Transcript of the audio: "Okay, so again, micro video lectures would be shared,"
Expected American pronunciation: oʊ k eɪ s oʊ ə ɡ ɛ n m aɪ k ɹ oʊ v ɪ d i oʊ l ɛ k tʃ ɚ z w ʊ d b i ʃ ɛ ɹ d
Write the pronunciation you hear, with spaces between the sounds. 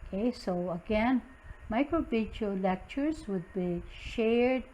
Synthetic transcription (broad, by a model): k eɪ s oʊ ə ɡ ɛ n m aɪ k ɹ oʊ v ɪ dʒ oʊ l ɛ k tʃ ɚ z w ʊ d b i ʃ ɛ ɹ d